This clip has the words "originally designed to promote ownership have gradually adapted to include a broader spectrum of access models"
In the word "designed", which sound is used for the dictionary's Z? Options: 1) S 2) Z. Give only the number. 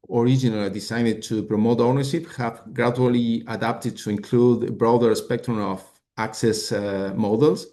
1